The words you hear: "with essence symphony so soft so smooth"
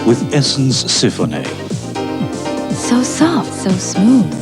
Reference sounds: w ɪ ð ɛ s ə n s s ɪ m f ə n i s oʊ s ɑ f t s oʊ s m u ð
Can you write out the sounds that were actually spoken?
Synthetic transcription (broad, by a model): w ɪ ð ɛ s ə n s s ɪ f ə n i s oʊ s ɑ f t s oʊ s m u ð